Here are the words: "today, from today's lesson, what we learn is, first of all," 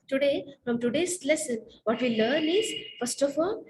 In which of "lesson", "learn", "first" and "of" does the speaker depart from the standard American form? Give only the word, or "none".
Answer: of